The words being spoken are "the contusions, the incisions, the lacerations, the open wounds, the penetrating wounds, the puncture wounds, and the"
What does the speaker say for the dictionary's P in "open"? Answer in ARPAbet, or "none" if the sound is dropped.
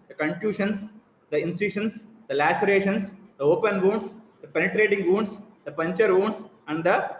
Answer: P